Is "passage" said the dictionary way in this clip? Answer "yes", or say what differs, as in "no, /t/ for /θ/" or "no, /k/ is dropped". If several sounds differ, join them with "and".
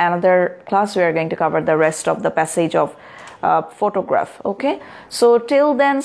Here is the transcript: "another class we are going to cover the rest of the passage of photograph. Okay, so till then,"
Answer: yes